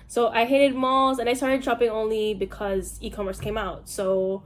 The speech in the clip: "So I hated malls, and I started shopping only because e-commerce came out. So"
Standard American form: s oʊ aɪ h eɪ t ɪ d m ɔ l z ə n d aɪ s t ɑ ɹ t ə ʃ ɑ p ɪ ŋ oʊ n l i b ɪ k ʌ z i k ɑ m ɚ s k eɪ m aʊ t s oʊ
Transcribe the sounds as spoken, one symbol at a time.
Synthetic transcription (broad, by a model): s oʊ aɪ h eɪ t ɪ d m ɔ l z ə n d aɪ s t ɑ ɹ t ə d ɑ p ɪ ŋ oʊ n l i b ɪ k ʌ z i k ɑ m ɚ s k eɪ m aʊ t s oʊ